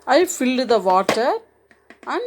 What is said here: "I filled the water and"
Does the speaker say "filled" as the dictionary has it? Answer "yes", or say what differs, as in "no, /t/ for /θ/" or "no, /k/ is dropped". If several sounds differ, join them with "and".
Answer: yes